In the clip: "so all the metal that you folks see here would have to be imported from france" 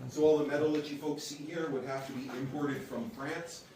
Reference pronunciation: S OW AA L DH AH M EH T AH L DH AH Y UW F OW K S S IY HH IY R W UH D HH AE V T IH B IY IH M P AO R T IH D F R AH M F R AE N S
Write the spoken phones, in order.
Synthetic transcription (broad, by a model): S OW AA L DH AH M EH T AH L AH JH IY F OW K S S IY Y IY R W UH D HH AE F T IH B IY IH M P AO R T IH D F R AH M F R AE N S